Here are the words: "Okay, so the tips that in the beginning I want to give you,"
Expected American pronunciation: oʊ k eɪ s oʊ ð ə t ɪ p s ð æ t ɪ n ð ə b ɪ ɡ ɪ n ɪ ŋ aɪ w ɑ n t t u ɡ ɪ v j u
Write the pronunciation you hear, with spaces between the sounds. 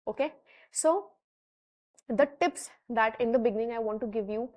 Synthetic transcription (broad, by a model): oʊ k eɪ s oʊ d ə t ɪ p s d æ t ɪ n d ə b ɪ ɡ ɪ n ɪ ŋ aɪ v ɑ n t t u ɡ ɪ v j u